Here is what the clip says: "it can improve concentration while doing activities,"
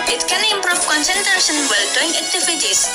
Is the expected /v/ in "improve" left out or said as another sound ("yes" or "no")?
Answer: yes